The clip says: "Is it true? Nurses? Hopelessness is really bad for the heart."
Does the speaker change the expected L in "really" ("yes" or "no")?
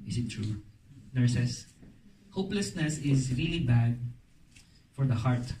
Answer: no